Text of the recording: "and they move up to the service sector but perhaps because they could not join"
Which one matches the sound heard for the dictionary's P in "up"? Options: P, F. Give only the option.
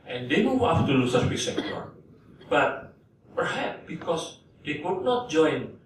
F